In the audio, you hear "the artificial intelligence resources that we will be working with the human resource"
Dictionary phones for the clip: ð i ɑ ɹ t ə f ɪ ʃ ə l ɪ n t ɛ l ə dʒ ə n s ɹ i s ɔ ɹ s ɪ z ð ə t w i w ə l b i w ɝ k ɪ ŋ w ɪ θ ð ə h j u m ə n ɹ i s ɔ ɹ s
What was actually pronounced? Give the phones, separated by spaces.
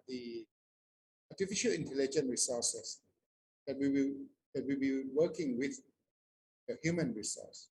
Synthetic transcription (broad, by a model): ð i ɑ t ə f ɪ ʃ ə l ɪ n t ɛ l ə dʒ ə n ɹ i s ɔ s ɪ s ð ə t w i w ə w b i w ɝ k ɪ ŋ w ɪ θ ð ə h j u m ə n ɹ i s ɔ s